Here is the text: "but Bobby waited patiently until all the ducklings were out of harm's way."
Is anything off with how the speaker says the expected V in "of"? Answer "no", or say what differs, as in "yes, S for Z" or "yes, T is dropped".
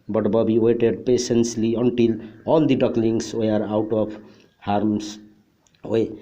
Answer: yes, P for V